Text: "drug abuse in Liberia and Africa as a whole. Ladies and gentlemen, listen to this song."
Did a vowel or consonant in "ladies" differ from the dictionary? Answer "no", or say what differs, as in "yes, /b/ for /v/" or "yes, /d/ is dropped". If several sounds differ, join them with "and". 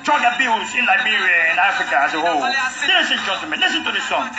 yes, /s/ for /z/